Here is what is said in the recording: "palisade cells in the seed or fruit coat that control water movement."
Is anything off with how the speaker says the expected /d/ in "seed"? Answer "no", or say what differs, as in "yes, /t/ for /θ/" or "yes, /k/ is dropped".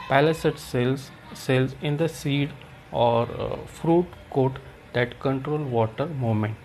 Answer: no